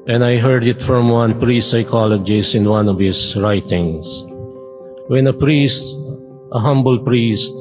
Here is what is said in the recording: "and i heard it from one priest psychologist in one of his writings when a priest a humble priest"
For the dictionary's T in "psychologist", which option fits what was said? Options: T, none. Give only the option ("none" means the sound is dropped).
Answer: none